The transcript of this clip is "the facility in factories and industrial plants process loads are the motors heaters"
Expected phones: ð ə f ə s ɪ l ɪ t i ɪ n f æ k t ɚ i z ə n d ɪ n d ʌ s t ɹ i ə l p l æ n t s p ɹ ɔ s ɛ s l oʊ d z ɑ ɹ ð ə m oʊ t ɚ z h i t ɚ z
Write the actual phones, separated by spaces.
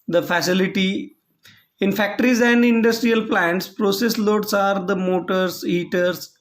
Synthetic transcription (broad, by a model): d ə f ə s ɪ l ɪ t i ɪ n f æ k t ɚ i z ə n d ɪ n d ʌ s t ɹ i ə l p l æ n t s p ɹ ɔ s ɛ s l oʊ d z ɑ ɹ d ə m oʊ t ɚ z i t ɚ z